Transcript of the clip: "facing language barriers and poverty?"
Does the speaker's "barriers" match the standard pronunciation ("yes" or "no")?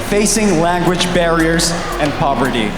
yes